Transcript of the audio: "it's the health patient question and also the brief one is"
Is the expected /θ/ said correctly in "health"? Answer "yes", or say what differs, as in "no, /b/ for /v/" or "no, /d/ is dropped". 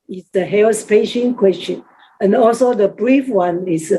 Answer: no, /s/ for /θ/